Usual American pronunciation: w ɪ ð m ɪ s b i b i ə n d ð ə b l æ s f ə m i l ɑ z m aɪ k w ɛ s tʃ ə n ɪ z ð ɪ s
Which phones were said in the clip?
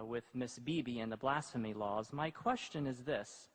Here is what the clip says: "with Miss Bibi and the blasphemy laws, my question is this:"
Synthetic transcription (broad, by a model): w ɪ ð m ɪ s b i b i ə n ð ə b l æ s f ə m i l ɑ z m aɪ k w ɛ s tʃ ə n ɪ z ð ɪ s